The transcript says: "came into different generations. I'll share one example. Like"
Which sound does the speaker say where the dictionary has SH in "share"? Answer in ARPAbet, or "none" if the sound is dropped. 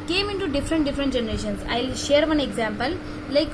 SH